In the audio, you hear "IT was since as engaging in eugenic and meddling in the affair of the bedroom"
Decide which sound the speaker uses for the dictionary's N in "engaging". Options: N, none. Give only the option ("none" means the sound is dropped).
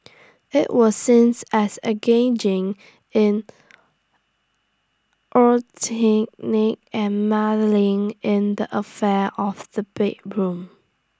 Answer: none